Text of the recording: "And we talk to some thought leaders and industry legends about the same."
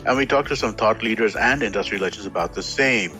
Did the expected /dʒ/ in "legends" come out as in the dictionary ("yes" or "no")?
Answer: no